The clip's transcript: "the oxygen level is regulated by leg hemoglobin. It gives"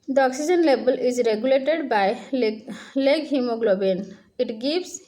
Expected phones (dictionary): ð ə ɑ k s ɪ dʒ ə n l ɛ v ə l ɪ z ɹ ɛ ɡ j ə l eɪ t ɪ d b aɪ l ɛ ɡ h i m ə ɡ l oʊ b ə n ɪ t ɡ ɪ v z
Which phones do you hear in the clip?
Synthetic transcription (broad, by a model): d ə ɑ k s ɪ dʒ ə n l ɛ b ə l ɪ z ɹ ɛ ɡ j ə l eɪ t ɪ d b aɪ l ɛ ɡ h i m ə ɡ l oʊ b ə n ɪ t ɡ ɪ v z